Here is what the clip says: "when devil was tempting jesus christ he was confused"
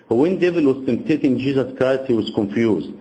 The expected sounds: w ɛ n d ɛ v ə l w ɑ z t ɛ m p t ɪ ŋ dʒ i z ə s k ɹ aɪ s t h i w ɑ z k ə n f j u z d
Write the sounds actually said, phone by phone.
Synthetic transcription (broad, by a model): w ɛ n d ɛ v ə l w ɑ z t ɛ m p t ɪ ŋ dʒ i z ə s k ɹ aɪ s t h i w ɑ z k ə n f j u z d